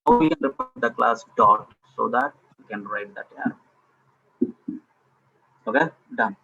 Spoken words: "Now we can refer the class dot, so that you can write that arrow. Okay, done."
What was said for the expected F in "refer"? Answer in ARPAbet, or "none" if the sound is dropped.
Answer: P